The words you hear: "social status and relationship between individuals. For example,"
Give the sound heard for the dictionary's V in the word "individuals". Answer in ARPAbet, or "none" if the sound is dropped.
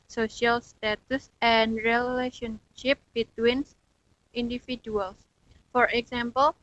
F